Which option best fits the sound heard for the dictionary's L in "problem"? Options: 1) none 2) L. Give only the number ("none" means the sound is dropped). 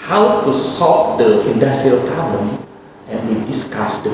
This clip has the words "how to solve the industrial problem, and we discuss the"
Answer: 1